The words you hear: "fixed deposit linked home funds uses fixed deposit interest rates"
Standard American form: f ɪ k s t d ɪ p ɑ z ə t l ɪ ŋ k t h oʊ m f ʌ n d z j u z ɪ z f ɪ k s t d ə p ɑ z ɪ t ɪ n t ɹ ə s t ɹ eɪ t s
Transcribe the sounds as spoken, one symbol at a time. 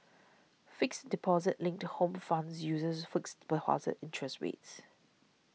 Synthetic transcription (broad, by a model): f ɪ k s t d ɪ p ɑ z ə t l ɪ ŋ k t h oʊ m f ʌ n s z j u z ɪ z f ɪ k s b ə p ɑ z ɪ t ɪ n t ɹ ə s t w eɪ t s